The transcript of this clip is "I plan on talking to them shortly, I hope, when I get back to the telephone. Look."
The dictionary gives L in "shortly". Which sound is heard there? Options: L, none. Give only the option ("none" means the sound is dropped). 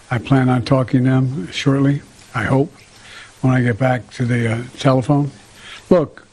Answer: L